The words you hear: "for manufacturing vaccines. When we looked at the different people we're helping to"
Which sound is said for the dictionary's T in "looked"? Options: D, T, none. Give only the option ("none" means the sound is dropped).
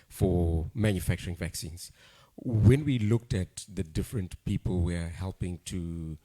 T